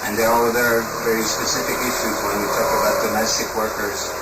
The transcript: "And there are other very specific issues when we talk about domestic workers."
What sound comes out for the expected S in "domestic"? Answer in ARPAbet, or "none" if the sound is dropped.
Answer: S